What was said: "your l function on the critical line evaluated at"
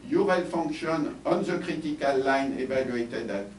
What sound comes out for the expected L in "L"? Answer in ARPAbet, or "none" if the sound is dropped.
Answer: L